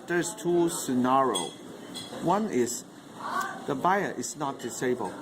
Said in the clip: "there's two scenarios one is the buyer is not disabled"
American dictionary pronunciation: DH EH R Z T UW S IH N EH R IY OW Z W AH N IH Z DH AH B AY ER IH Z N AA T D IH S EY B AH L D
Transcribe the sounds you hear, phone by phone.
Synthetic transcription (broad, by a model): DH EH R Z T UW S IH N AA R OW W AH N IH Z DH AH B AY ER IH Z N AA T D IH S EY B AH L